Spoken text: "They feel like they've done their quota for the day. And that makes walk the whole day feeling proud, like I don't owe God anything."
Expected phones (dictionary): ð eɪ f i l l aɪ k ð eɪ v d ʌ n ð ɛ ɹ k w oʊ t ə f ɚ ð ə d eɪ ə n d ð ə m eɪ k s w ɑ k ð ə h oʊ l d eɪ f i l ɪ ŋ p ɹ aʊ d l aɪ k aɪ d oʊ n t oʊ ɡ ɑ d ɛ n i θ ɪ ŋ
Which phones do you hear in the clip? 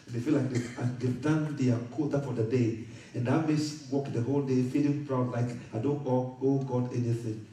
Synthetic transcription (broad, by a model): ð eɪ f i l l aɪ k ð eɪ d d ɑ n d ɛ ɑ k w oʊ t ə f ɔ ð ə d eɪ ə n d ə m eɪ s w ɑ k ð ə h oʊ l d eɪ f i l ɪ ŋ p ɹ aʊ d l aɪ k aɪ d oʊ n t oʊ ɡ ɑ d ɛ n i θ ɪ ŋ